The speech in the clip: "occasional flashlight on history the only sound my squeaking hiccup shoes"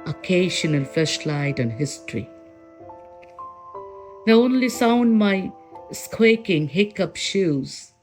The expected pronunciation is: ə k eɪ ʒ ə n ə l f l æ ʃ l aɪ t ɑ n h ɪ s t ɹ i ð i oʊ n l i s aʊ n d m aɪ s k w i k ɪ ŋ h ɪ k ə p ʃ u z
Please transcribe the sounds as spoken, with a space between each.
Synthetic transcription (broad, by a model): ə k eɪ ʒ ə n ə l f ɛ s l aɪ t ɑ n h ɪ s t ɹ i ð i oʊ n l i s aʊ n d m aɪ s k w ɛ k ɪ ŋ h ɪ k ə p ʃ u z